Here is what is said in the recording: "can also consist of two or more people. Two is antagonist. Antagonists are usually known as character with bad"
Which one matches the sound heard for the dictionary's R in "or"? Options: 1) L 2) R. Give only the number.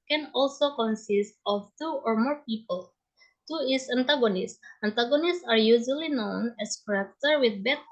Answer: 2